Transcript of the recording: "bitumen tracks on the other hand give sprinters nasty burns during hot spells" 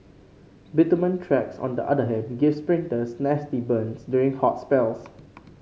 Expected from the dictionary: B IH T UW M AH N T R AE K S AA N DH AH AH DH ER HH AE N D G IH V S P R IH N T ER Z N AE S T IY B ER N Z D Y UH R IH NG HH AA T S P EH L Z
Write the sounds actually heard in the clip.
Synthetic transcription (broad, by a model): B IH T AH M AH N T R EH K S AA N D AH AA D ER HH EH D G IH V S P R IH N T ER S N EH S T IY B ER N S D Y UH R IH NG HH AA T S P EH L S